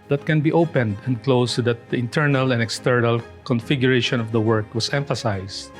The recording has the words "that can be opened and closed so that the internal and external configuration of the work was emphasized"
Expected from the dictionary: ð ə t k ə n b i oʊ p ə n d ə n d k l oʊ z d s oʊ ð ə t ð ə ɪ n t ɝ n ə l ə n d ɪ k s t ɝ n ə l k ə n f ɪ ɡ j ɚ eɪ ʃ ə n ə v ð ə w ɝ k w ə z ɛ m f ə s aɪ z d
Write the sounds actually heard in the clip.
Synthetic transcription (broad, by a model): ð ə t k ə n b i oʊ p ə n d ə n d k l oʊ s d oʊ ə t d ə ɪ n t ɝ n ə l ə n d ɪ k s t ɝ n ə l k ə n f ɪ ɡ j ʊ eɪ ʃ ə n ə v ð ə w ɝ k w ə s ɛ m f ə s aɪ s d